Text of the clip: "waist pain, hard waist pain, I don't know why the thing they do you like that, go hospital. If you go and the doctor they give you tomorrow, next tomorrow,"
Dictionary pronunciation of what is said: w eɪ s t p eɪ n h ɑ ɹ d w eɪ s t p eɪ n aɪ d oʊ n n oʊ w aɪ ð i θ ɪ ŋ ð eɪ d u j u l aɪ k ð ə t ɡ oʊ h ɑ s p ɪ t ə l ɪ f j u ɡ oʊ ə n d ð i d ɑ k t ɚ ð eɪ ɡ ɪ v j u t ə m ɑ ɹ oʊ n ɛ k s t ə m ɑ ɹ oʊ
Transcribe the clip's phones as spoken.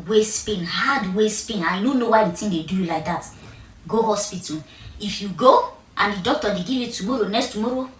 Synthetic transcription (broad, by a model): w eɪ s p eɪ n h ɑ d w eɪ s p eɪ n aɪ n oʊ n n oʊ w aɪ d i t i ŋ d eɪ d u j u l aɪ k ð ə t ɡ oʊ h ɑ s p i t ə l ɪ f j u ɡ oʊ ə n d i d ɑ k t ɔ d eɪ ɡ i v j u t ə m ɑ ɹ oʊ n ɛ k s t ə m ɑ ɹ oʊ